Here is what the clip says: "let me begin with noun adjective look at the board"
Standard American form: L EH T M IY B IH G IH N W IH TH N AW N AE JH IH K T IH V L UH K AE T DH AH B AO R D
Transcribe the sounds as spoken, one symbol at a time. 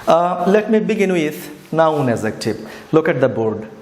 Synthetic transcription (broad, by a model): L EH T M IY B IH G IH N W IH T N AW N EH Z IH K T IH P L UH K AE T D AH B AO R D